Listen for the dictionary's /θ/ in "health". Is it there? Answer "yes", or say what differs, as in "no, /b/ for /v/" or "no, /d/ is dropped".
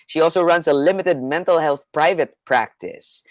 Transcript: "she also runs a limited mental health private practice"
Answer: yes